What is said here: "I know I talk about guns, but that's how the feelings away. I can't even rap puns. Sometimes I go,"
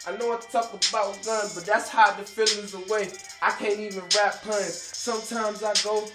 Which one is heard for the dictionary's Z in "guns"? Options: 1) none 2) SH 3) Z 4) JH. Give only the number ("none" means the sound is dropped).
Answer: 1